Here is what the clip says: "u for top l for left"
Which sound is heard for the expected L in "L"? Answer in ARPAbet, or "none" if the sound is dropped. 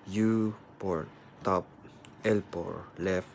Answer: L